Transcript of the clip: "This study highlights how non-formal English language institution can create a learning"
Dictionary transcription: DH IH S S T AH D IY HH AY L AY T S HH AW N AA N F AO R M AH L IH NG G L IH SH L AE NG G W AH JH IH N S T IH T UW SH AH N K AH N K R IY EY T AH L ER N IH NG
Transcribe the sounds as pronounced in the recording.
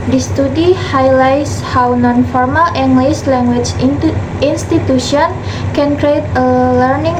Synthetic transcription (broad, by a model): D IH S S T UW D IY HH AY L AY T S HH AW N AA N F AO R M AH L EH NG G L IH S L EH NG G W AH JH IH N S T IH T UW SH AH N K AH N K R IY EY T AH L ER N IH NG